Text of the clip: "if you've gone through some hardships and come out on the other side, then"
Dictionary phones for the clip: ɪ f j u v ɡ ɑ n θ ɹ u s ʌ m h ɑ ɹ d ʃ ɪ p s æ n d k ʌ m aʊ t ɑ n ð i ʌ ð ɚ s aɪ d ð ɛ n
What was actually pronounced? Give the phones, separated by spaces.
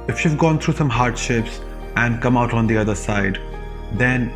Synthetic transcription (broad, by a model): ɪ f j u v ɡ ɑ n t ɹ u s ʌ m h ɑ ɹ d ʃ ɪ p s æ n d k ʌ m aʊ t ɑ n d i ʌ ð ɚ s aɪ d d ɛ n